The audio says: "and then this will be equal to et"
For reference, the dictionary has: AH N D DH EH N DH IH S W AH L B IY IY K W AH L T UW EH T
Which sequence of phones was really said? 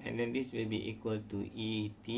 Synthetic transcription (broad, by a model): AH N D EH N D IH S W AH L B IY IY K W AH L T UW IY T